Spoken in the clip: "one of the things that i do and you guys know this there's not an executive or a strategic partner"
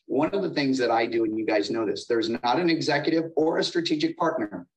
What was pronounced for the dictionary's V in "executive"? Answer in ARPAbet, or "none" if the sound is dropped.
V